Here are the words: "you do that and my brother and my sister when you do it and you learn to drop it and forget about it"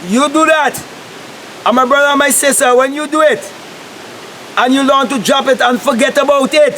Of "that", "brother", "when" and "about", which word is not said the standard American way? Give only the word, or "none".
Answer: none